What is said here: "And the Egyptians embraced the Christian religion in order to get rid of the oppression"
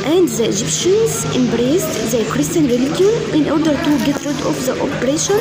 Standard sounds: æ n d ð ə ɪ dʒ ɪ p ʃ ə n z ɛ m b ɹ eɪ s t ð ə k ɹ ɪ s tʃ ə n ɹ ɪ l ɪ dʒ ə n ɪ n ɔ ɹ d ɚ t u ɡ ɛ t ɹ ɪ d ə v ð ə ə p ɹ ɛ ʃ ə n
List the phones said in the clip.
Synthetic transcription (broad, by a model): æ n d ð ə ɪ dʒ ɪ p ʃ ə n z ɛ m b ɹ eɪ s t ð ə k ɹ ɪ s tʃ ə n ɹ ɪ l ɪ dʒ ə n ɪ n ɔ ɹ d ɚ t u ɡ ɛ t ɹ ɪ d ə f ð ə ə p ɹ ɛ ʃ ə n